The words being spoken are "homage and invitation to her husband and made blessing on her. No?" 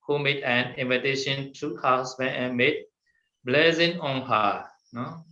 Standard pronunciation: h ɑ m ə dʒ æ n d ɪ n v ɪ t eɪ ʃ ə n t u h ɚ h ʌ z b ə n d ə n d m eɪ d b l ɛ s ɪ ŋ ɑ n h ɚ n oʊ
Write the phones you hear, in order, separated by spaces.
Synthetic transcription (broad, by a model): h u m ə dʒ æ n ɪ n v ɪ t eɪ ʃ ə n t u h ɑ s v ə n ə m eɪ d b l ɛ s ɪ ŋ ɑ n h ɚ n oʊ